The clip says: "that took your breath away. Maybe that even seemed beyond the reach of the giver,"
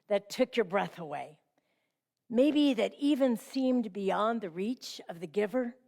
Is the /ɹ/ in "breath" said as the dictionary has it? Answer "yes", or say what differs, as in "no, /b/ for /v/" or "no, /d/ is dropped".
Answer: yes